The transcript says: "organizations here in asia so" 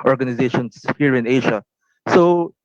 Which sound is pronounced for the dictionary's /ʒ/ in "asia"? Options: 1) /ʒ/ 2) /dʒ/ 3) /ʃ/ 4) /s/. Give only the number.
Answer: 3